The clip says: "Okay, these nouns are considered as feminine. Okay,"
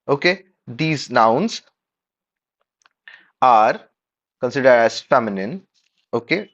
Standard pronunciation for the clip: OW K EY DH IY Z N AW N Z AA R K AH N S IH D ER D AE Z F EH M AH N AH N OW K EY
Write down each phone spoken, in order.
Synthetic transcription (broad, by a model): OW K EY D IY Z N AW N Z AA R K AH N S IH D ER D AE Z F EH M AH N AH N OW K EY